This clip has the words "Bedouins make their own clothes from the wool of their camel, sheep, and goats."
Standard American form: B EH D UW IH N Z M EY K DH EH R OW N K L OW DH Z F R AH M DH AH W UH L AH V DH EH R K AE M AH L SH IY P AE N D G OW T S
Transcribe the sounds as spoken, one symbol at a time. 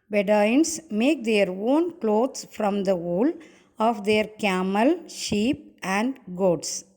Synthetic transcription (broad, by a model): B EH D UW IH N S M EY K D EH R OW N K L OW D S F R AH M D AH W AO L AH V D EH R K AE M AH L SH IY P AE N D G OW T S